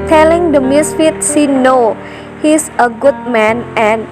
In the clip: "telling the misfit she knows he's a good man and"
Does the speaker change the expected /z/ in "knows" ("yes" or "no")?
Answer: yes